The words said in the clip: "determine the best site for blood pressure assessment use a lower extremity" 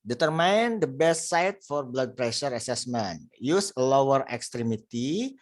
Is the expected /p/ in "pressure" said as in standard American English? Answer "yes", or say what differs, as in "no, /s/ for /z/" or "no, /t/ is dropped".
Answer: yes